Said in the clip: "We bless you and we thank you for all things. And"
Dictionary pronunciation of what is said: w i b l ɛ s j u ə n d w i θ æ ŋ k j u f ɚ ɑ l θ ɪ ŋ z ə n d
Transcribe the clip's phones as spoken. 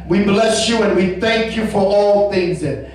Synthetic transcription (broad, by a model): w i b l ɛ s j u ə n w i θ æ ŋ k j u f ɚ ɑ l θ ɪ ŋ z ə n